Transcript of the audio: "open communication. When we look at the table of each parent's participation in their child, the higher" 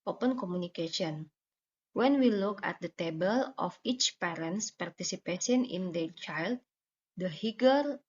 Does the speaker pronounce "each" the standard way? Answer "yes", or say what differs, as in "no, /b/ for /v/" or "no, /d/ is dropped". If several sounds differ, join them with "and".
yes